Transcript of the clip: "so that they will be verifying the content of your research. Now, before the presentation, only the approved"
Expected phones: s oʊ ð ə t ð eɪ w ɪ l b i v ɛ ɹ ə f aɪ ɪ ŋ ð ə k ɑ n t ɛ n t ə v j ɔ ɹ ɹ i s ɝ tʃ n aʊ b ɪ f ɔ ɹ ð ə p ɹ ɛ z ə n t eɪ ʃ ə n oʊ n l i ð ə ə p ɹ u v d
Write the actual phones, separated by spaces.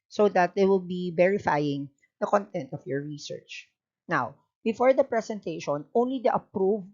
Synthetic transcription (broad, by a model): s oʊ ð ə t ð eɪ w ɪ l b i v ɛ ɹ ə f aɪ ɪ ŋ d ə k ɑ n t ɛ n t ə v j ɔ ɹ ɹ i s ɝ tʃ n aʊ b ɪ f ɔ ɹ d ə p ɹ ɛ s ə n t eɪ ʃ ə n oʊ n l i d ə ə p ɹ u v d